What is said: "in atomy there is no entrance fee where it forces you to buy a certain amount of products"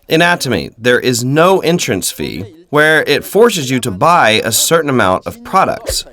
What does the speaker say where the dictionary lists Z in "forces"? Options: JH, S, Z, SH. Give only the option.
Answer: Z